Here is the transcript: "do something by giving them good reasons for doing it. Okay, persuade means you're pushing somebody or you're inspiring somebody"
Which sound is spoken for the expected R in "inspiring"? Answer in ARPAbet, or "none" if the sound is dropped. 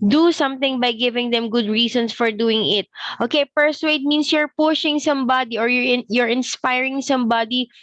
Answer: R